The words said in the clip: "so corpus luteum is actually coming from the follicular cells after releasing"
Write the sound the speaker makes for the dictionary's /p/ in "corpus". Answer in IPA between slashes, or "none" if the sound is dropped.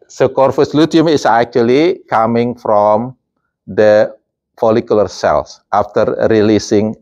/f/